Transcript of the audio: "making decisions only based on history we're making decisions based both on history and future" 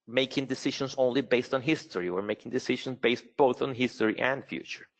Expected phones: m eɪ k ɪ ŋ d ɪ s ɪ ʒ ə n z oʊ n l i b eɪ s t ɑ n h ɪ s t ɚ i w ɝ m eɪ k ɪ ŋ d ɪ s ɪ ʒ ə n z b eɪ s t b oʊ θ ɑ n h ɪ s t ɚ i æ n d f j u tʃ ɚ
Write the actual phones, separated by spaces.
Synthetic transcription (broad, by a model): m eɪ k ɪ ŋ d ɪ s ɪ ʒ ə n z oʊ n l i b eɪ s t n h ɪ s t ɚ i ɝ m eɪ k ɪ ŋ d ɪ s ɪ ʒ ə n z b eɪ s t b oʊ θ n h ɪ s t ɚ i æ n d f j u tʃ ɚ